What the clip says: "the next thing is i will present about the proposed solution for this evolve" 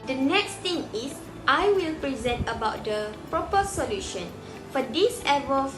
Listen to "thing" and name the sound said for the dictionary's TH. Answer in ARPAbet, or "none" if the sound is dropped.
T